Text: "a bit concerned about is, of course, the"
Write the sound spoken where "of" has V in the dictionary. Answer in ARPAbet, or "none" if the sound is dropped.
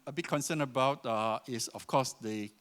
F